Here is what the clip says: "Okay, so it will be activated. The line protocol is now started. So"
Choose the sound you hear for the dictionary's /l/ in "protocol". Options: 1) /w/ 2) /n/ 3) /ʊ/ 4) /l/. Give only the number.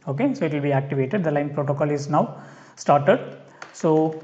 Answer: 4